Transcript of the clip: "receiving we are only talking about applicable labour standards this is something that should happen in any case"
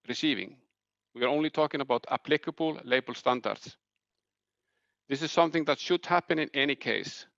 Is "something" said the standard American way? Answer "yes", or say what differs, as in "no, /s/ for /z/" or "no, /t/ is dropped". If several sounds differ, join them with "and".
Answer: yes